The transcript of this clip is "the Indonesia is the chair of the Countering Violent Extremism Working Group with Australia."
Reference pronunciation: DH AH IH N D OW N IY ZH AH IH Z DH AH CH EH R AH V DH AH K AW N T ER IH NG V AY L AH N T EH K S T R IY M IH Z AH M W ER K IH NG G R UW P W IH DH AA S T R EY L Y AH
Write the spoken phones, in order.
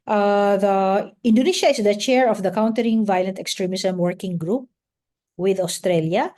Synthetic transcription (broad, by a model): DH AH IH N D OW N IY SH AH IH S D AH CH EH R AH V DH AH K AW N T ER IH NG V AY L AH N T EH K S T R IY M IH S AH M W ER K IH NG G R UW P W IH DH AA S T R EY L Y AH